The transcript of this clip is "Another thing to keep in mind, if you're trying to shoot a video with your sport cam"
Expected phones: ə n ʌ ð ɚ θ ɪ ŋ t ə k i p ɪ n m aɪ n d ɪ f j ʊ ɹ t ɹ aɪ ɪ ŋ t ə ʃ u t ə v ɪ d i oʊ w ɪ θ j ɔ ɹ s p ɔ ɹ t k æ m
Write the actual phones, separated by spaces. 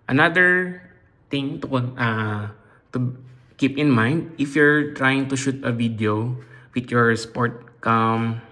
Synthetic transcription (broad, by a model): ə n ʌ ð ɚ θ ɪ ŋ t ə k i p ɪ n m aɪ n d ɪ f j ʊ ɹ t ɹ aɪ ɪ ŋ t ə ʃ u t ə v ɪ d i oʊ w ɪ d j ɔ ɹ s p ɔ ɹ t k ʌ m